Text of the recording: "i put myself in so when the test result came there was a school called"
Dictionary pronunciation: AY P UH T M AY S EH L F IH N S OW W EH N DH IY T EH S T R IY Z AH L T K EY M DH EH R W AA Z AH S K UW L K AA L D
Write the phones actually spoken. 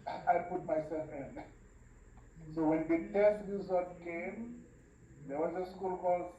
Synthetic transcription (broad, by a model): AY P UH T M AY S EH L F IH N S OW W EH N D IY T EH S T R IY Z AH T K EY M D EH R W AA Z AH S K UW L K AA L